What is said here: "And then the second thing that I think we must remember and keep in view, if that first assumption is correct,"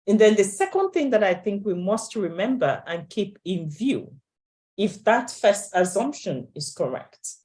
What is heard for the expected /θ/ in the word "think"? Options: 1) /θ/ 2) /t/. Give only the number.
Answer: 1